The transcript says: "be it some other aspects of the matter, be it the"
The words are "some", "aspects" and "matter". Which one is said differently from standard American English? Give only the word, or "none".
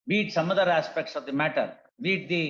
none